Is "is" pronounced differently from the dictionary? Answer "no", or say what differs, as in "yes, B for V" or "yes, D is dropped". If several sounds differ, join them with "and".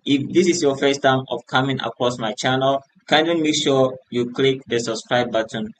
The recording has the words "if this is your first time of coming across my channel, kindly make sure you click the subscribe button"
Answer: yes, S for Z